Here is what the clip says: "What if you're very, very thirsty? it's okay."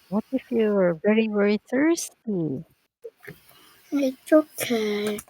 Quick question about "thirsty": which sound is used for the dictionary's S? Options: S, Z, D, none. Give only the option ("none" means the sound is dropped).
S